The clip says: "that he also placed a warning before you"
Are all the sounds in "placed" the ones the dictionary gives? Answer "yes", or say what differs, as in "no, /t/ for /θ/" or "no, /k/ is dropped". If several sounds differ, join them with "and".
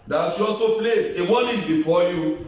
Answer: no, /t/ is dropped